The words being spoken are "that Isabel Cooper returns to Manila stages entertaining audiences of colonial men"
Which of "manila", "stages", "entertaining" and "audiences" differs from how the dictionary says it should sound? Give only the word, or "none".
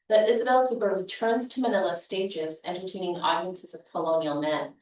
none